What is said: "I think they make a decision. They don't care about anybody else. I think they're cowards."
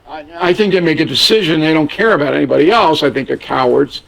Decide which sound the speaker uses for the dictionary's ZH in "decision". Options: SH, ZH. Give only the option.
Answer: ZH